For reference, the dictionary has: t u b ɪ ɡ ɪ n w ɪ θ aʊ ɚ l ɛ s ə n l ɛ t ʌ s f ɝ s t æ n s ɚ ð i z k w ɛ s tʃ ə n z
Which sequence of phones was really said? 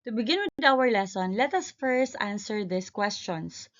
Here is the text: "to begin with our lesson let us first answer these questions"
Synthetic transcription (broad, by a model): t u b ɪ ɡ ɪ n w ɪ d aʊ ɚ l ɛ s ə n l ɛ t ʌ s f ɝ s t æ n s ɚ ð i s k w ɛ s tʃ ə n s